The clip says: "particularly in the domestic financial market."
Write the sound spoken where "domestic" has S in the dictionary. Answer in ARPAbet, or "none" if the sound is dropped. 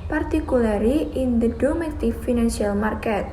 none